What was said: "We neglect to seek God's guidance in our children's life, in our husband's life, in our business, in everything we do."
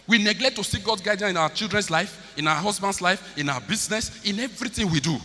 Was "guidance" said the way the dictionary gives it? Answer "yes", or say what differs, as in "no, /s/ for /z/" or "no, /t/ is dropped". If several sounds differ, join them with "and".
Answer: no, /s/ is dropped